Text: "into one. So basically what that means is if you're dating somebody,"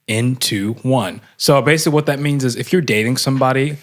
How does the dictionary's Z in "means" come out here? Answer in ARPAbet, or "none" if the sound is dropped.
Z